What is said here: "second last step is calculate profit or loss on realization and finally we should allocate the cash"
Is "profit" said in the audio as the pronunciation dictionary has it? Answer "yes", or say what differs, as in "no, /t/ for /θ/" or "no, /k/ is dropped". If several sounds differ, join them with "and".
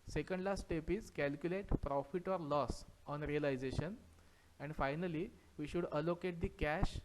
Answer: yes